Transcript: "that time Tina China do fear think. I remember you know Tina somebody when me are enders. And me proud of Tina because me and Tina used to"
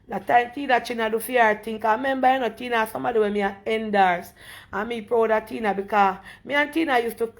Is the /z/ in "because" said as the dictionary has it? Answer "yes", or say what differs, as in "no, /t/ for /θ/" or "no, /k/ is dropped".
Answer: no, /z/ is dropped